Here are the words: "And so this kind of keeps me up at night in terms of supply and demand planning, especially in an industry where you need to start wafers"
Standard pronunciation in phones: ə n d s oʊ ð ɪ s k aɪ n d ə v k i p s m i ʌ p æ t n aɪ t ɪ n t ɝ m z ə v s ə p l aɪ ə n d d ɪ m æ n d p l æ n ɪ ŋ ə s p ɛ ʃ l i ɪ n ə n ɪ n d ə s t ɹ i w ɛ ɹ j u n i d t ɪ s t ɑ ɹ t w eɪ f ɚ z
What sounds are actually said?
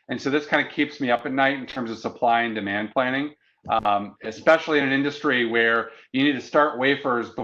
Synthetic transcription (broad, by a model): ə n s oʊ ð ɪ s k aɪ n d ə k i p s m i ʌ p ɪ t n aɪ t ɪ n t ɝ m z ə v s ə p l aɪ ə n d d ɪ m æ n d p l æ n ɪ ŋ ə s p ɛ ʃ l i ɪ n ə n ɪ n d ə s t ɹ i w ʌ ɹ j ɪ n i d t ɪ s t ɑ ɹ t w eɪ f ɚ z